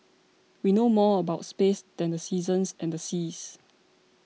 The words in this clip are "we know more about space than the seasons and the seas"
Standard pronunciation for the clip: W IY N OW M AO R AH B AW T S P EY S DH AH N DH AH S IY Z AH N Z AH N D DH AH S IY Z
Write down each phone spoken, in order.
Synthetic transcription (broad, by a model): W IY N OW M AO AH B AW T S P EY S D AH N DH AH S IY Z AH N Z AH N D AH S IY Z